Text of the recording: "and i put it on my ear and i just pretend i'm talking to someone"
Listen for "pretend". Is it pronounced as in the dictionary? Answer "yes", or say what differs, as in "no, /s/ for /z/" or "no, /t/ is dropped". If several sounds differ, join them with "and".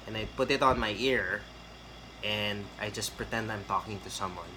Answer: yes